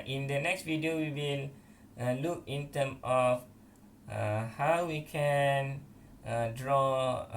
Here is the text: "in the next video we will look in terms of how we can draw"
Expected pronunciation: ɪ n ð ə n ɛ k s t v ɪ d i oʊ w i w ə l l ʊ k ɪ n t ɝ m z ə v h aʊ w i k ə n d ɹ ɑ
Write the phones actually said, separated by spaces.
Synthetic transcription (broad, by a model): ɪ n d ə n ɛ k s t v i d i oʊ w i w ə l l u k ɪ n t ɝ m ə f h aʊ w i k ə n d ɹ ɑ